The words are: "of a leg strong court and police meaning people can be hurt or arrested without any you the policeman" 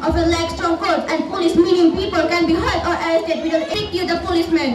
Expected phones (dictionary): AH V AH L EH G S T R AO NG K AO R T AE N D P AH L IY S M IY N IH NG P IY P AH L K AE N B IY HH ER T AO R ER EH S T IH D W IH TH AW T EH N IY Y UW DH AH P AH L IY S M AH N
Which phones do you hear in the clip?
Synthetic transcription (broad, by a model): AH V AH L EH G S T R AO NG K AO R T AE N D P AH L IY S M IY N IH NG P IY P AH L K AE N B IY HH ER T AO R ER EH T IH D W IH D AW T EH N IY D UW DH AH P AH L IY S M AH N